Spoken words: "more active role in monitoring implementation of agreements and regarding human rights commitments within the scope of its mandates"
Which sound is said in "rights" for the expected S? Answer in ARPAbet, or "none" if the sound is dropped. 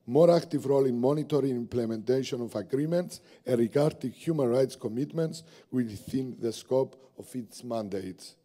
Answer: S